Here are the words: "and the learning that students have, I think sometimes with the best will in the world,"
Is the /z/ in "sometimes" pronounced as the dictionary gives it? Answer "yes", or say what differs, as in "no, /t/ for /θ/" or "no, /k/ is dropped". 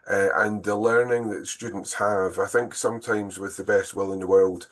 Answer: yes